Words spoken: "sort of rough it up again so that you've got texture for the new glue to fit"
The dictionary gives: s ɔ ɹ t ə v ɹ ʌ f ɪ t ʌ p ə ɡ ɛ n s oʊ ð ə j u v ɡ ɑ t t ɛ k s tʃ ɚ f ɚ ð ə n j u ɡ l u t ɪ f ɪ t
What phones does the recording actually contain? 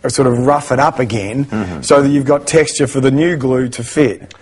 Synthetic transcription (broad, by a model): s ɔ ɹ t ə v ɹ ʌ f ɪ t ʌ p ə ɡ ɛ n s oʊ ð ə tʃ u v ɡ ɑ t t ɛ k s tʃ ɚ f ɚ ð ə n j u ɡ l u t ɪ f ɪ t